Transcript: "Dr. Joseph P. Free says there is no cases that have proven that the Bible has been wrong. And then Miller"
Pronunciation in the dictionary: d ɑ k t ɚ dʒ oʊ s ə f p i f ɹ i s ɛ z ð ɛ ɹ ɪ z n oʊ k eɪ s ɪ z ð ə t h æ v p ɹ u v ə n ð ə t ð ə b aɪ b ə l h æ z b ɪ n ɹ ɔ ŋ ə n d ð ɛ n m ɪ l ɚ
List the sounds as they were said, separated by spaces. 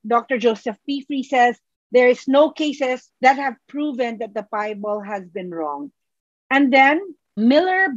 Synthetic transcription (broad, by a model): d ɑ k t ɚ dʒ oʊ s ə f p i f ɹ i s ɛ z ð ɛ ɹ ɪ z n oʊ k eɪ s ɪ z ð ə t h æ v p ɹ u v ə n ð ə t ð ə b aɪ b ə l h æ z b ɪ n ɹ ɔ ŋ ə n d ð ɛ n m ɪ l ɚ